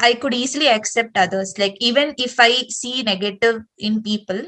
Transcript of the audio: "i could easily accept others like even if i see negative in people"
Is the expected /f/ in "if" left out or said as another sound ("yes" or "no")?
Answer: no